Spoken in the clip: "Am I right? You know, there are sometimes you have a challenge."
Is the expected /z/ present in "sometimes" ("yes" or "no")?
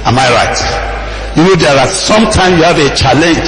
no